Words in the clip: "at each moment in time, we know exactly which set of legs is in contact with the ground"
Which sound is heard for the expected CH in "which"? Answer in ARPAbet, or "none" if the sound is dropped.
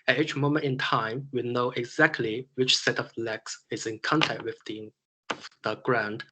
CH